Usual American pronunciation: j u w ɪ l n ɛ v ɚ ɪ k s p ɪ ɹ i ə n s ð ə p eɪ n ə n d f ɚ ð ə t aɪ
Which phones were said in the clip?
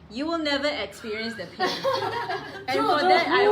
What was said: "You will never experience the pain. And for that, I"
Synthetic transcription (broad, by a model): j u w ɪ l n ɛ v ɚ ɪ k s p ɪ ɹ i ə n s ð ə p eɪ ə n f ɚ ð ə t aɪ